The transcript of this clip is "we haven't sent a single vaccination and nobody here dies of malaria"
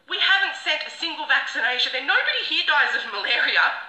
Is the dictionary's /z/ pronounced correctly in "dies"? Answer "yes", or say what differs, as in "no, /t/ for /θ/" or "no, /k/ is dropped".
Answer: yes